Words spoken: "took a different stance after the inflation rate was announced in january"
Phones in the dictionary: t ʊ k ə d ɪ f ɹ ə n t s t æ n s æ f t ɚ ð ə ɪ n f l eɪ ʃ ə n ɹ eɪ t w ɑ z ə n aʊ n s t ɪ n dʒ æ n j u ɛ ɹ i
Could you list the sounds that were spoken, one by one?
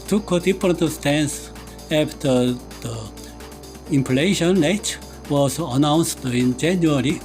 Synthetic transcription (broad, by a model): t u k ə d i p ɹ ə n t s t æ n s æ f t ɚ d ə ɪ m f l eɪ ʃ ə n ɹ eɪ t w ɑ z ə n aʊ n s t ɪ n dʒ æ n j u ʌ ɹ i